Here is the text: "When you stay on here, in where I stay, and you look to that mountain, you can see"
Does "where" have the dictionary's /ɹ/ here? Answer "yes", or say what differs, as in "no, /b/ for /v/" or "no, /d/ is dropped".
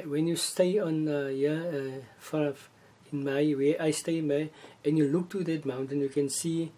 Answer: no, /w/ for /ɹ/